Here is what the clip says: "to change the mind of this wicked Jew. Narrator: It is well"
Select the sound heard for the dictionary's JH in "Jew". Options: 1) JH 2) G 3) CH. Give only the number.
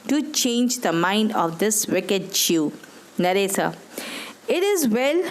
3